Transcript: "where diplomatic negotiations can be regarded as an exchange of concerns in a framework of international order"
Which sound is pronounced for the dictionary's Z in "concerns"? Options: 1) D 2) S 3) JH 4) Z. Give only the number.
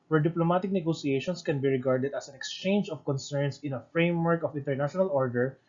2